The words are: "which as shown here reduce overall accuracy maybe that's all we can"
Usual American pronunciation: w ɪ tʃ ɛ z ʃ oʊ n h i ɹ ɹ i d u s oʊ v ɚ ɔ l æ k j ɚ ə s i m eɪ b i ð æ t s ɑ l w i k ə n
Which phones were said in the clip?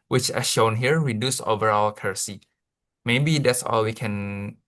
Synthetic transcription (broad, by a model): w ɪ tʃ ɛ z ʃ oʊ n h i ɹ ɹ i d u s oʊ v ɚ ɔ l k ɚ s i m eɪ b i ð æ t s ɑ l w i k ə n